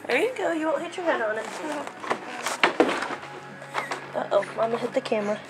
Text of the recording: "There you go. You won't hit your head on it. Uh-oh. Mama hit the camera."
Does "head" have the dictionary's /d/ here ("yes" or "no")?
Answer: yes